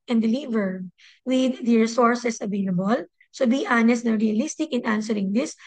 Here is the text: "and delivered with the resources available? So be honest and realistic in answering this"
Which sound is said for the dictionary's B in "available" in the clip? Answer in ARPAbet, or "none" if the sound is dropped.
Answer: B